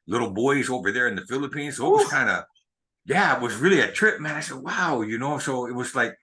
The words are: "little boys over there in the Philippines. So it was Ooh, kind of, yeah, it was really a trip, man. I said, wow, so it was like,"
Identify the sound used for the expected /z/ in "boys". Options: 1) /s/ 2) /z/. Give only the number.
2